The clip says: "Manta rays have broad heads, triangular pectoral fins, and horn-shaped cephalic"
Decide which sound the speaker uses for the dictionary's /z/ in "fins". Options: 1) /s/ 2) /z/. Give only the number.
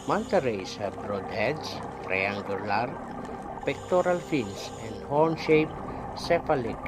1